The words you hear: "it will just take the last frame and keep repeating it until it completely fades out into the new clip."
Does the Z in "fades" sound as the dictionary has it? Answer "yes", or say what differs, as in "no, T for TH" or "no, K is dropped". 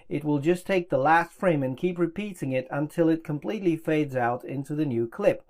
yes